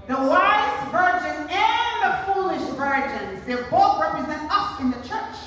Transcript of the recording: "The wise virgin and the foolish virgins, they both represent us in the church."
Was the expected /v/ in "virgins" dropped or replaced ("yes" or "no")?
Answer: no